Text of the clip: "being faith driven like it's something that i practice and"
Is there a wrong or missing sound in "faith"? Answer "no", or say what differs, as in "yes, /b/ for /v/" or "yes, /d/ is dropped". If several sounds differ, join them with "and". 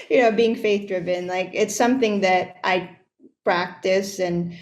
no